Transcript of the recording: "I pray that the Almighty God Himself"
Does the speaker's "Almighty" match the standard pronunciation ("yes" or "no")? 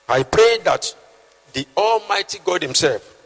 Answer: yes